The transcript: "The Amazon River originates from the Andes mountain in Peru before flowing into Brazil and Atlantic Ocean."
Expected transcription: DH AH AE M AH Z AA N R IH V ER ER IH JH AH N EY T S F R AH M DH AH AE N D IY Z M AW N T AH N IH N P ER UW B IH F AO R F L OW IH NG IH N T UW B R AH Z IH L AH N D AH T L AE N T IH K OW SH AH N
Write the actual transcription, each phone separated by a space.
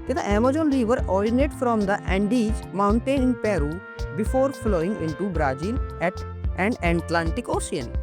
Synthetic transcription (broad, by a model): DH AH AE M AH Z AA N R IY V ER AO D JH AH N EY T F R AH M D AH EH N D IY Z M AW N T AH N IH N P ER UW B IH F AO R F L OW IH NG IH N T UW B R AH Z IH L AH N D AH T L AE N T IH K OW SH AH N